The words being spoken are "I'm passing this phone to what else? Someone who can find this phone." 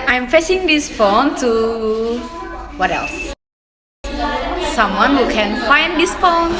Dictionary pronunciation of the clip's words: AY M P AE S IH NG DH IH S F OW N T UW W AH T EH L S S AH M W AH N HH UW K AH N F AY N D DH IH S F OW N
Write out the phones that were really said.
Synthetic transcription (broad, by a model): AY M F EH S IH NG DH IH S F OW N T UW W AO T EH L S S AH M W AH N HH UW K AH N F AY N D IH S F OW N